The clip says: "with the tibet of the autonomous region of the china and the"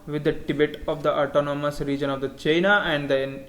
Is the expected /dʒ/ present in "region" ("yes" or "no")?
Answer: yes